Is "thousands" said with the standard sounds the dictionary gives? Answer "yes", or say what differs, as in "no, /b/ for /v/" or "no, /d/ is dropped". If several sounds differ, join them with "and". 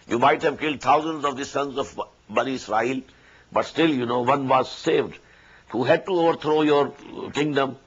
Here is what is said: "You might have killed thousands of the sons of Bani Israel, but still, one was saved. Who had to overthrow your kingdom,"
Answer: no, /t/ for /θ/